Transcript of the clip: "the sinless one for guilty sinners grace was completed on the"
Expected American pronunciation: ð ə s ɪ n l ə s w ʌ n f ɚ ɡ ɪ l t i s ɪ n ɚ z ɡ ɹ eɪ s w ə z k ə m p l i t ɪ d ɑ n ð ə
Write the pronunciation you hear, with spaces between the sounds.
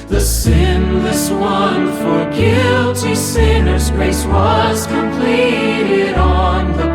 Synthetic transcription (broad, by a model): ð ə s ɪ n l ə s w ʌ n f ɚ ɡ ɪ l t i s ɪ n ɚ z ɡ ɹ eɪ s w ə z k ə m p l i t ɪ d n ð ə